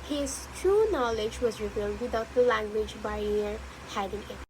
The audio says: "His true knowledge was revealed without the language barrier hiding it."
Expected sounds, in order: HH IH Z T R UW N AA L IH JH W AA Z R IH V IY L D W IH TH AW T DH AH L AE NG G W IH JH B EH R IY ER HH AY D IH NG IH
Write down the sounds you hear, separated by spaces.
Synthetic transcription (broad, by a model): HH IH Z T R UW N AA L IH JH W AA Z R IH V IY L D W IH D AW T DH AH L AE NG G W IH JH B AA IY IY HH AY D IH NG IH